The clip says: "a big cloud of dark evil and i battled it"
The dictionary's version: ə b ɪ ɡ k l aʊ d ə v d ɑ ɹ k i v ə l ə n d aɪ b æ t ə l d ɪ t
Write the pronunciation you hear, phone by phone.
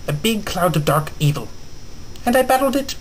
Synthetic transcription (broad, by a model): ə b ɪ ɡ k l aʊ d ə v d ɑ ɹ k i v ə l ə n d aɪ b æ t l d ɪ t